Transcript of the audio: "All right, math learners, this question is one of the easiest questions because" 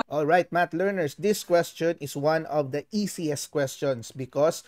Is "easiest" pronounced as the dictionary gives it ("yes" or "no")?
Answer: no